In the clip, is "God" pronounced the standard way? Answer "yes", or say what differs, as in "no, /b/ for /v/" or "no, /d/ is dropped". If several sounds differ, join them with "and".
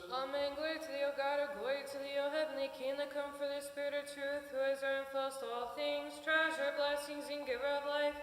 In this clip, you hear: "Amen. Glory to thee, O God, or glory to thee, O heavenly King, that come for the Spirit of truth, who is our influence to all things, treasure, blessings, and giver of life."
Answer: yes